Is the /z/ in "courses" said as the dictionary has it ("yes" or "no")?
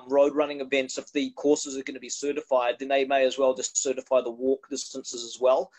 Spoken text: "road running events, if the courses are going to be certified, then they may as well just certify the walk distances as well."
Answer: yes